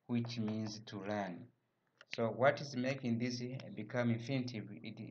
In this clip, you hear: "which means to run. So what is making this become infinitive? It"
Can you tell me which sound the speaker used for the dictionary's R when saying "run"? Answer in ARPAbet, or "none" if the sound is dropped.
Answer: L